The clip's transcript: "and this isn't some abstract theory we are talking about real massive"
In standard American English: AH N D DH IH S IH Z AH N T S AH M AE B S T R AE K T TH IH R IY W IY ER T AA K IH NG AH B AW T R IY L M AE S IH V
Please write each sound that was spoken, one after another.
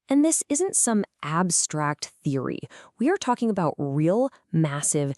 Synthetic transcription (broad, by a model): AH N DH IH S IH Z AH N T S AH M AE B S T R AE K T TH IH R IY W IY ER T AA K IH NG AH B AW T R IY L M AE S IH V